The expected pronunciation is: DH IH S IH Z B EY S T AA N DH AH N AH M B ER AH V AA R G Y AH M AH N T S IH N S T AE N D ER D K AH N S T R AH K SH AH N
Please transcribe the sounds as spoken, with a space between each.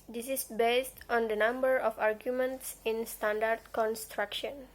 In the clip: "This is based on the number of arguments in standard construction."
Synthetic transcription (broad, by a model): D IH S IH S B EY S T AA N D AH N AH M B ER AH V AA R G Y AH M AH N T S IH N S T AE N D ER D K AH N S T R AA K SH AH N